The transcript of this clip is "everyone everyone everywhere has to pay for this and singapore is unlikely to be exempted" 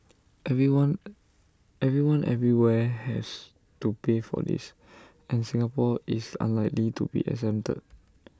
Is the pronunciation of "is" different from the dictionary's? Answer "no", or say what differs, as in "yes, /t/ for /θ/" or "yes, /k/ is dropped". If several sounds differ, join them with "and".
yes, /s/ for /z/